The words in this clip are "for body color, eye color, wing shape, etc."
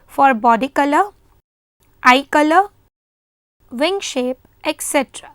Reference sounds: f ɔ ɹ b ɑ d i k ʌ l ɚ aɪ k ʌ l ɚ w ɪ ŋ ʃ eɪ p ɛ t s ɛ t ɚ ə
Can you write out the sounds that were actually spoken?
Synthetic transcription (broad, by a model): f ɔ ɹ b ɑ d i k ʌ l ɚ aɪ k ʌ l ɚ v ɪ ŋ ʃ eɪ p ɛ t s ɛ t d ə